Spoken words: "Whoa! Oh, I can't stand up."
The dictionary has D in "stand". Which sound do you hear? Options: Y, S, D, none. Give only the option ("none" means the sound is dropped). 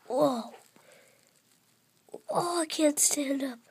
D